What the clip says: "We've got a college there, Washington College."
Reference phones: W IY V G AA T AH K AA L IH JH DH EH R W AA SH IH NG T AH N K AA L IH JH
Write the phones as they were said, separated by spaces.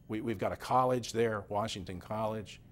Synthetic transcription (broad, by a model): W IY V G AA T AH K AA L IH JH DH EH R W AA SH IH NG T AH N K AA L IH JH